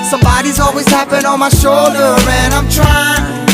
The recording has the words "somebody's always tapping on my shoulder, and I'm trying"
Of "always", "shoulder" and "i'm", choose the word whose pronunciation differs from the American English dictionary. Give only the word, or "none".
none